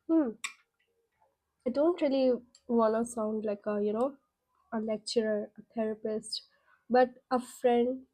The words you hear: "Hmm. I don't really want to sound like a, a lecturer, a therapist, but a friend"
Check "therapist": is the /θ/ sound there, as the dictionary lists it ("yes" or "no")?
no